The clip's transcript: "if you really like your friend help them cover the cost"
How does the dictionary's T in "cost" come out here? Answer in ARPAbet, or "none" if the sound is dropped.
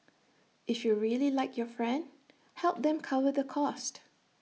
T